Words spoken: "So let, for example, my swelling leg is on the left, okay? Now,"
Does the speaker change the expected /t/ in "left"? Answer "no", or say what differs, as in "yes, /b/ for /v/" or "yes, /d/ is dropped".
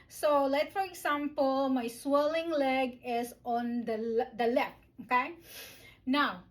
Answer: yes, /t/ is dropped